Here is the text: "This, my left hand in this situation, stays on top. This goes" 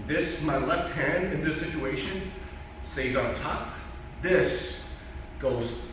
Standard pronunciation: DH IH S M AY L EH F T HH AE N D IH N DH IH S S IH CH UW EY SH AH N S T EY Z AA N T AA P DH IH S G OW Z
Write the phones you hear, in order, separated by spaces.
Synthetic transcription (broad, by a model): DH IH S M AY L EH F T HH AE N D IH N DH IH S S IH CH UW EY SH AH N S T EY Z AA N T AA P DH IH S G OW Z